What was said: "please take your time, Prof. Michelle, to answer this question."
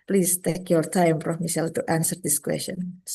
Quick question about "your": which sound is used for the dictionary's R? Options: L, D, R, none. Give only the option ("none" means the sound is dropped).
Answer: L